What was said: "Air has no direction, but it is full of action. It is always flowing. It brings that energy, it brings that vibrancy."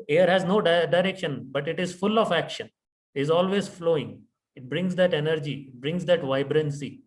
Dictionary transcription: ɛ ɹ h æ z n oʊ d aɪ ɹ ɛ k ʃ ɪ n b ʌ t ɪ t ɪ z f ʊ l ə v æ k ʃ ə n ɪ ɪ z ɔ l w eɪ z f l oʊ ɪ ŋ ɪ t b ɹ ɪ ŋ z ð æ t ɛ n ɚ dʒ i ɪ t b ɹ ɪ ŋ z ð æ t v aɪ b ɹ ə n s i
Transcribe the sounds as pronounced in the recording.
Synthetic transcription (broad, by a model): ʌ ɹ h æ z n oʊ d aɪ ɹ ɛ k ʃ ɪ n b ʌ t ɪ t ɪ z f ʊ l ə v æ k ʃ ə n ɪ ɪ z ɔ l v eɪ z f l oʊ ɪ ŋ ɪ t b ɹ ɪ ŋ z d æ t ɛ n ɚ dʒ i ɪ t b ɹ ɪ ŋ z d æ t v aɪ b ɹ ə n s i